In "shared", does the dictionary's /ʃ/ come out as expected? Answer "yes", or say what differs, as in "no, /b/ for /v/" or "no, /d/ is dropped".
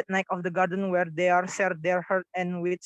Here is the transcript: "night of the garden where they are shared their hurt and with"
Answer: no, /s/ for /ʃ/